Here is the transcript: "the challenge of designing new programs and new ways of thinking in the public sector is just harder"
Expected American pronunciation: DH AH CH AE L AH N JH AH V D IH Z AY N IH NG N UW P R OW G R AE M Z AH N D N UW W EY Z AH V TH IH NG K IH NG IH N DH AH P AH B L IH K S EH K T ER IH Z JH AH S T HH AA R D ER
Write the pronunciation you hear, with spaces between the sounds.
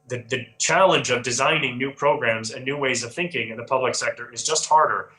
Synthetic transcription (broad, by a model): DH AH CH AE L AH N JH AH V D IH Z AY N IH NG N UW P R OW G R AE M Z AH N N UW W EY Z AH V TH IH NG K IH NG IH N DH AH P AH B L IH K S EH K T ER IH Z JH AH S T HH AA R D ER